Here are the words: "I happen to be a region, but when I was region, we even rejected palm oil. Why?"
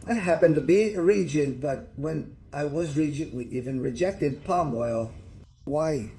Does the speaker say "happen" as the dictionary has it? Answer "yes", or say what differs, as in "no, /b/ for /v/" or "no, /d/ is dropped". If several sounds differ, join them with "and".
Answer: yes